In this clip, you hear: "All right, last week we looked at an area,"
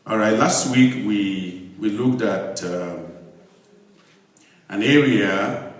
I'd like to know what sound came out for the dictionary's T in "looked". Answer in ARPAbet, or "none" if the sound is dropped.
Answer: T